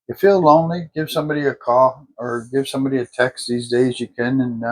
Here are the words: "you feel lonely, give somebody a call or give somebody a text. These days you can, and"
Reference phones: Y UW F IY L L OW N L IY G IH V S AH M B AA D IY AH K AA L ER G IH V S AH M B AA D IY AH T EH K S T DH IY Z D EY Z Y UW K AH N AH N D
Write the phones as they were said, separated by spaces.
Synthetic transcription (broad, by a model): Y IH F IY L L OW N L IY G IH V S AH M B AA D IY AH K AA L ER G IH V S AH M B AA D IY AH T EH K S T DH IY Z D EY Z Y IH K AH N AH N